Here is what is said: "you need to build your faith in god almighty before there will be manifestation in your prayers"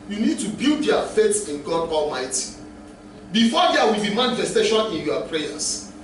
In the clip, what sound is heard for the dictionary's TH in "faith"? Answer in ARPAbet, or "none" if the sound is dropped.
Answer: S